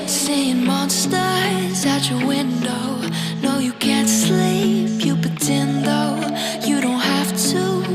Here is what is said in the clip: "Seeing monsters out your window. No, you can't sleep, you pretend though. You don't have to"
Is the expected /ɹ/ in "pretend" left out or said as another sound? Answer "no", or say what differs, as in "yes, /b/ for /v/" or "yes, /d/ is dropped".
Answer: yes, /ɹ/ is dropped